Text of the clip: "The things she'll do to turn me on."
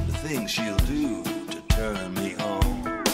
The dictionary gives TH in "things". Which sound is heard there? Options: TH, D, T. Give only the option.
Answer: TH